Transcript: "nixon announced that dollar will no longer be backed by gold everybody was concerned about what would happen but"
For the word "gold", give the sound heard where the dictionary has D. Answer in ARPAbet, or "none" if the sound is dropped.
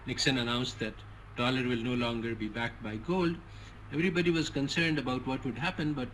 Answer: D